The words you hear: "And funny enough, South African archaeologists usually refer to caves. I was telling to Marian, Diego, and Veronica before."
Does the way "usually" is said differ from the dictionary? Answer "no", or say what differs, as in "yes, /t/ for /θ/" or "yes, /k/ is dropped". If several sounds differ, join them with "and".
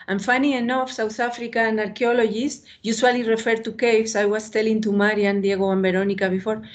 yes, /s/ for /ʒ/